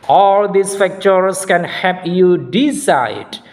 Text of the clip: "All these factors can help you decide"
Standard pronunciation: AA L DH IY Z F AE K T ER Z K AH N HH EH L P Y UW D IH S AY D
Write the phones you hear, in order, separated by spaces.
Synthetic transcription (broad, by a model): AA L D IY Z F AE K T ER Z K AH N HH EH P Y UW D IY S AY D